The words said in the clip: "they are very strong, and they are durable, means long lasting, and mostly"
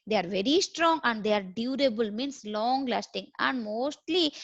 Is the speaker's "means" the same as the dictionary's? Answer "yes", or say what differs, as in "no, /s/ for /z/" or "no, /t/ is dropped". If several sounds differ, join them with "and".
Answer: no, /s/ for /z/